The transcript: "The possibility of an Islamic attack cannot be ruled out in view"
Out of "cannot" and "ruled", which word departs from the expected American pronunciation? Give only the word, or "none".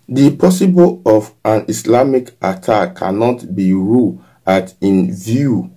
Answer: ruled